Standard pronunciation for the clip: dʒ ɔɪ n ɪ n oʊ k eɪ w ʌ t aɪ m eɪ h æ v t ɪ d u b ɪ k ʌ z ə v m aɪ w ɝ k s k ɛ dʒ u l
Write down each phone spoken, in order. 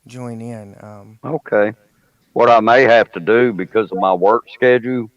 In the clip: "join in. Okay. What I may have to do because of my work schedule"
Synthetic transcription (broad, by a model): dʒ ɔɪ n ɪ n oʊ k eɪ w ʌ t aɪ m eɪ h æ f t ɪ d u b ɪ k ʌ z ə v m aɪ w ɝ k s k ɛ dʒ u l